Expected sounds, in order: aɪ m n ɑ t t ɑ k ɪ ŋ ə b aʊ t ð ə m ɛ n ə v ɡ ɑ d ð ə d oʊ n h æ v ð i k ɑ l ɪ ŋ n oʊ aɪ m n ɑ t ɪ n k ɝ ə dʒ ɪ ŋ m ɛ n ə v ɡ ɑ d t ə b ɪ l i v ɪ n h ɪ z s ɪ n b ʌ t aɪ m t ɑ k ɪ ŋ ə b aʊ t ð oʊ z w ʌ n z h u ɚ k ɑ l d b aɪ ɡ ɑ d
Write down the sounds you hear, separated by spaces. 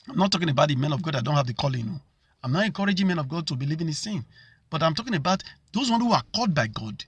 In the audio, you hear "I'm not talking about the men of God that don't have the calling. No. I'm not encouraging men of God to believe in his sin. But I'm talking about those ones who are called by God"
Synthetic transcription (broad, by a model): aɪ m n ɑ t t ɑ k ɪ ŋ ə b aʊ t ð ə m ɛ n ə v ɡ ɑ d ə d oʊ n h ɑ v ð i k ɑ l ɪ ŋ n oʊ aɪ m n ɑ t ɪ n k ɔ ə dʒ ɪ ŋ m ɛ n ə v ɡ ɑ d t ə b ɪ l i v ɪ n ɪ s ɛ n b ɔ t aɪ m t ɑ k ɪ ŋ ə b aʊ t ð oʊ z w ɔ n h u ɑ k ɑ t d b aɪ ɡ ɑ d